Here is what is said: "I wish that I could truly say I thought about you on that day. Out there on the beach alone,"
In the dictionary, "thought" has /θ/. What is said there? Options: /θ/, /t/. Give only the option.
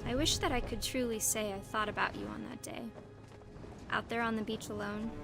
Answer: /θ/